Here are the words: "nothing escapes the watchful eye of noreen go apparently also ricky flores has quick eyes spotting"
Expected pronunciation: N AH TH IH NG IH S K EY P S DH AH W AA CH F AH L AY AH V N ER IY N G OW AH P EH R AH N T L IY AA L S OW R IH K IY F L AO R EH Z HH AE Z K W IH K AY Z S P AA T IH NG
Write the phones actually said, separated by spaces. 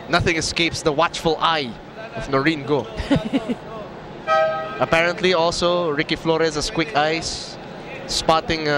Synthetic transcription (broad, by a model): N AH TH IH NG IH S K EY P S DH AH W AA CH F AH L AY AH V N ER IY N G OW AH P EH R AH N T L IY AA L S OW R IH K IY F L AO R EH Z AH S K W IH K AY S P AA T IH NG